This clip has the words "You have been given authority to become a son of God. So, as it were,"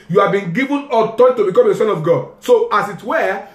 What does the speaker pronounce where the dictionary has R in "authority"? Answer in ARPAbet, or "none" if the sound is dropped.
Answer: none